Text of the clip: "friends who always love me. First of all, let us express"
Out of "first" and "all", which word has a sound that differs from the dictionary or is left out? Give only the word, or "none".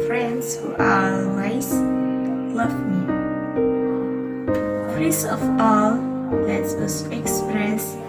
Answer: first